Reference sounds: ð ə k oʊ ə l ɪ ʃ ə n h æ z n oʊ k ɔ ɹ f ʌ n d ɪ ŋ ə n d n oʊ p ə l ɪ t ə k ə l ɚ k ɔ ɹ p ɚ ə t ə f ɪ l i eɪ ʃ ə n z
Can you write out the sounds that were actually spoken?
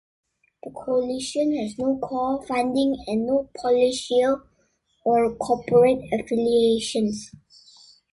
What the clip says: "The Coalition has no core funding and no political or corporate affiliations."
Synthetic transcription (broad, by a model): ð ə k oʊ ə l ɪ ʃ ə n h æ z n oʊ k ɔ l f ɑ n d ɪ ŋ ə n n oʊ p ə l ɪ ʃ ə ə l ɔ k ɔ p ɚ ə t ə f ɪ l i eɪ ʃ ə n s